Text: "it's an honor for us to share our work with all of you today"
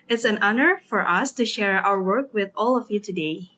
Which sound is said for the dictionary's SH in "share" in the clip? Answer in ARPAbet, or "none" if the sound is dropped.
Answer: SH